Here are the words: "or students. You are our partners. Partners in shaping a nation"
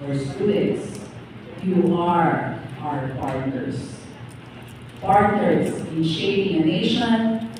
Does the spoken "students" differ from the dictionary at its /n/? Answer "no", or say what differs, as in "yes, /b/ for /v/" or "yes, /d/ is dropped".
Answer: yes, /n/ is dropped